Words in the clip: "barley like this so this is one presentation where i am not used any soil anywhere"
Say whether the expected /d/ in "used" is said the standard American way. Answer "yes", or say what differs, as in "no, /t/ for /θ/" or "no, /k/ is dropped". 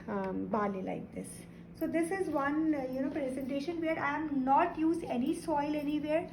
no, /d/ is dropped